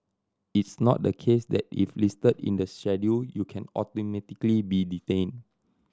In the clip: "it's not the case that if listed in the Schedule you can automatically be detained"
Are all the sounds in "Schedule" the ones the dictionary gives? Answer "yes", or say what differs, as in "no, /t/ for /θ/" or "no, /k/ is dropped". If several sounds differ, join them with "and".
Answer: no, /k/ is dropped